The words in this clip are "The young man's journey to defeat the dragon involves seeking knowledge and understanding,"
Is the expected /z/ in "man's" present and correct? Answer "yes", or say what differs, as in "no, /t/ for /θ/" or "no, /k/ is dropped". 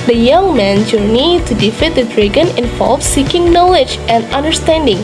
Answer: no, /z/ is dropped